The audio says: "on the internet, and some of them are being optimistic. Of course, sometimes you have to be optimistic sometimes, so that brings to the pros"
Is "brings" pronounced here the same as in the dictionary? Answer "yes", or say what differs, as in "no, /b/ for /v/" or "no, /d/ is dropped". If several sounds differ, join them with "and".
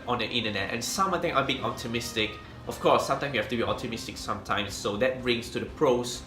no, /s/ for /z/